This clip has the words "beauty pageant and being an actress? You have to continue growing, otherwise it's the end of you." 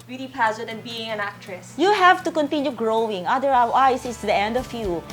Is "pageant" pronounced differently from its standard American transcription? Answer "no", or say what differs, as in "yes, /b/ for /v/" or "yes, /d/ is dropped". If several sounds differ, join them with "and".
yes, /z/ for /dʒ/